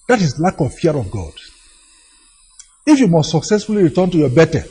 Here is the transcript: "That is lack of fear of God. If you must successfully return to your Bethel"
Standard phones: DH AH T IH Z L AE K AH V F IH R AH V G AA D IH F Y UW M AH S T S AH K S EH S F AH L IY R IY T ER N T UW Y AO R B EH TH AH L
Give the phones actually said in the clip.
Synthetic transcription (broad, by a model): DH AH T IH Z L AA K AH V F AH R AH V G AA D IH F Y UW M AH S T S AH K S EH S F AH L IY R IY T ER N T UW Y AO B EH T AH